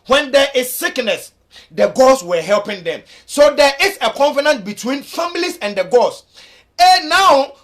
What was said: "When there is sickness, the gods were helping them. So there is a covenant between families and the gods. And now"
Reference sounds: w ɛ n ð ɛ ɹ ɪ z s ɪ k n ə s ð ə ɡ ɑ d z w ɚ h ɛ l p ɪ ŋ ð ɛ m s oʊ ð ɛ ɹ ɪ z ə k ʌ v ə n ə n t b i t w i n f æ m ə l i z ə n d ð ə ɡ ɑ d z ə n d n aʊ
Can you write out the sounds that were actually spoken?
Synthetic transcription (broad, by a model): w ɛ n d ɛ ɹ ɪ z s ɪ k n ə s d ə ɡ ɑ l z w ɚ h ɛ l p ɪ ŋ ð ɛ m s oʊ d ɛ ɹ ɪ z ə k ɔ f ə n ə n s b i t w i n f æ m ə l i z ə n d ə ɡ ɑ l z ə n n aʊ